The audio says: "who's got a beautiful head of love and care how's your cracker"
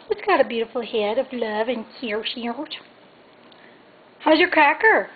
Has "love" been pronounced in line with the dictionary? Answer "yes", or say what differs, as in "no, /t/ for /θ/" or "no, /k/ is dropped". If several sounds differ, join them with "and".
yes